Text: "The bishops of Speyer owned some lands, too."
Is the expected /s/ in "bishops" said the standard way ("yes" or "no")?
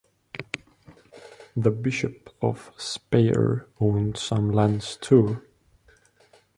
no